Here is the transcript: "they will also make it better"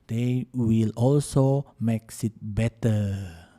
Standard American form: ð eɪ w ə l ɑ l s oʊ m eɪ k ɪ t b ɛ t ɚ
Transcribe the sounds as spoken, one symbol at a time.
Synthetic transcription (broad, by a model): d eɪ w ə l ɑ l s oʊ m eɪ k ɪ t b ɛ t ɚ